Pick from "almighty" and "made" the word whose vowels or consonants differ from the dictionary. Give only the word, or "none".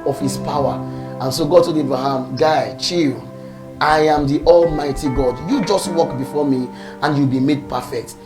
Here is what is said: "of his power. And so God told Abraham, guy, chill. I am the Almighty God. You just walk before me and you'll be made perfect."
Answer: none